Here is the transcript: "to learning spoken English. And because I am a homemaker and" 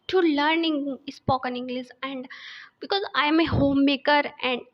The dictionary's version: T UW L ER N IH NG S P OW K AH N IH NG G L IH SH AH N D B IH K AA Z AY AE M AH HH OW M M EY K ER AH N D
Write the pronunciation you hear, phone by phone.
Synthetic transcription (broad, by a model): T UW L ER N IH NG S P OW K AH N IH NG G L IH S AH N D B IH K AA Z AY M AH HH OW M M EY K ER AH N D